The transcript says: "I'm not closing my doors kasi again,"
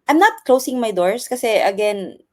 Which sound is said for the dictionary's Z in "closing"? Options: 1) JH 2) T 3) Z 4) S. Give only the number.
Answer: 4